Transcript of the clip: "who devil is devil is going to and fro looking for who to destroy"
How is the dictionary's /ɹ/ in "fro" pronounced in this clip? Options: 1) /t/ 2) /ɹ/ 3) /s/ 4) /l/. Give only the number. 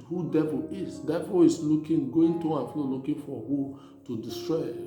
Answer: 4